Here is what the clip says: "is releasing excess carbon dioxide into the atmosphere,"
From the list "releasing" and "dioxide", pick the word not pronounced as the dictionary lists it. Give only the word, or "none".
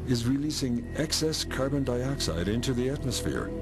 none